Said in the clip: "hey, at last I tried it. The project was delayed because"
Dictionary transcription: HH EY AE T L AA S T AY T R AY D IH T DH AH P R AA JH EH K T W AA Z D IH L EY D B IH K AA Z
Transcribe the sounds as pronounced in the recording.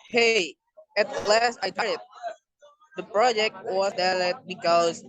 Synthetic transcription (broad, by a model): HH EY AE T L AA S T AY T AY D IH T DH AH P R AA JH EH K T W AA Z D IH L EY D B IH K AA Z